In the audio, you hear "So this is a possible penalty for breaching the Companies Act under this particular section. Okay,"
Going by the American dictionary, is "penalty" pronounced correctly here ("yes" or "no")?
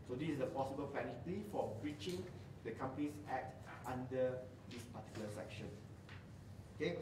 no